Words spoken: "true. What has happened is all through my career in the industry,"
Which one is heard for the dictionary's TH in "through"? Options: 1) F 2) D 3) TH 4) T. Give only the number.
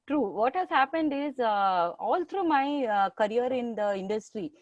4